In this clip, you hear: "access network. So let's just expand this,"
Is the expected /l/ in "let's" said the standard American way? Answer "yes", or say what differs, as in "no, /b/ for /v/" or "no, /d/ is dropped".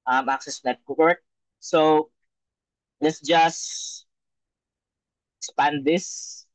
yes